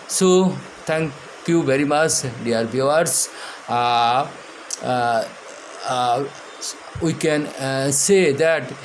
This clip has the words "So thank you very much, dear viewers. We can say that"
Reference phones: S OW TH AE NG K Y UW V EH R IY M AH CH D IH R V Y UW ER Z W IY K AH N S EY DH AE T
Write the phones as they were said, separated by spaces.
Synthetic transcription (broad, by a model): S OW T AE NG K Y UW V EH R IY M AH CH D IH R B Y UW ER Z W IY K AH N S EY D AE T